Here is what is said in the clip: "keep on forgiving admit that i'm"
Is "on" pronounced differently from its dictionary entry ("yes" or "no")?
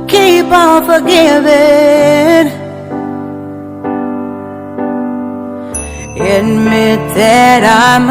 yes